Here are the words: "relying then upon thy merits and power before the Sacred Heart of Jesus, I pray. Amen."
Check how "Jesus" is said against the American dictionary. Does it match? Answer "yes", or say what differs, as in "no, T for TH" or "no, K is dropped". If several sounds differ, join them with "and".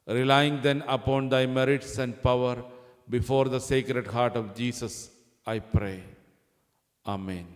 no, S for Z